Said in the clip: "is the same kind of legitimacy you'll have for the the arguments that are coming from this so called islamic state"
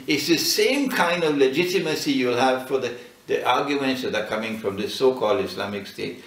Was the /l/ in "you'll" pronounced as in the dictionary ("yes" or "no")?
yes